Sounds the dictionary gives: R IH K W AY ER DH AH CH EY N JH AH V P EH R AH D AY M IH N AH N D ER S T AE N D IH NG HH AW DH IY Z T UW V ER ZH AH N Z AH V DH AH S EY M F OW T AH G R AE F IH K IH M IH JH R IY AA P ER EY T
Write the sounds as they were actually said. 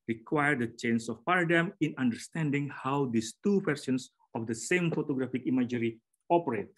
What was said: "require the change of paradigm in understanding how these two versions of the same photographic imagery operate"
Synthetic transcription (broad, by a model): R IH K W AY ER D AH CH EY N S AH F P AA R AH D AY M IH N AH N D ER S T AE N D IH NG HH AW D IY S T UW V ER S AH N S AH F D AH S EY M F OW T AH G R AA F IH K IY M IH JH R IY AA P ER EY T